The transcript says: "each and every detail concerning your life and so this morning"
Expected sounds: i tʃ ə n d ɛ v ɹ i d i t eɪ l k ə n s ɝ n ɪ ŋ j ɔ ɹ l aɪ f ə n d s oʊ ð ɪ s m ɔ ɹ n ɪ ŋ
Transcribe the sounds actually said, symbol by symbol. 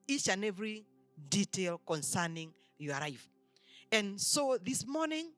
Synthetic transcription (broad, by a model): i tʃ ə n ɛ v ɹ i d i t eɪ l k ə n s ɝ n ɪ ŋ j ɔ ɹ aɪ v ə n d s oʊ ð ɪ s m ɔ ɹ n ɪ ŋ